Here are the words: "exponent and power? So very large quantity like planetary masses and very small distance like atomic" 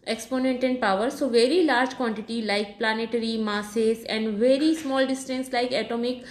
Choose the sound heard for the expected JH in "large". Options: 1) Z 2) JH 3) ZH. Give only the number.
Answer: 2